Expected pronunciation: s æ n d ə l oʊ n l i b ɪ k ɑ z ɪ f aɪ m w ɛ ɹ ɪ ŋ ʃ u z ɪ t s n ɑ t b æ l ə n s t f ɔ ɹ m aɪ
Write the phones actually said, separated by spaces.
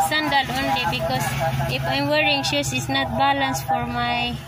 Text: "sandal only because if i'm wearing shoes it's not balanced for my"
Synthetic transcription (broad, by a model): s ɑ n d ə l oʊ n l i b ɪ k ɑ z ɪ f aɪ m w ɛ ɹ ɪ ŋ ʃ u s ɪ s n ɑ t b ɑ l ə n s f ɔ ɹ m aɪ